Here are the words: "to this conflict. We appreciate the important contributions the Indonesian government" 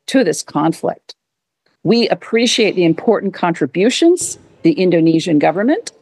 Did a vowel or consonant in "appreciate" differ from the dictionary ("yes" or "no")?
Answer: no